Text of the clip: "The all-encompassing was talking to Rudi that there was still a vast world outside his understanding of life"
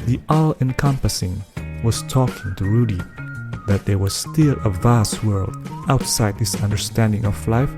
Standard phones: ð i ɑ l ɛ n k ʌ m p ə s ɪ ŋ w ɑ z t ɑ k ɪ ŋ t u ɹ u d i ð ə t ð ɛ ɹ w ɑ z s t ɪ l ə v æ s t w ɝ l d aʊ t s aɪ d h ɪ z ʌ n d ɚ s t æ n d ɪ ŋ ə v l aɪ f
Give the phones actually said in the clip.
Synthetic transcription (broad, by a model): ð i ɑ l ɛ n k ʌ m p ə s ɪ ŋ w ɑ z t ɑ k ɪ ŋ t u ɹ u d i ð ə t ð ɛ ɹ w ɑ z s t ɪ l ə v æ s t w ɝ l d aʊ t s aɪ d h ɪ s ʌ n d ɚ s t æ n d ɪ ŋ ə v l aɪ f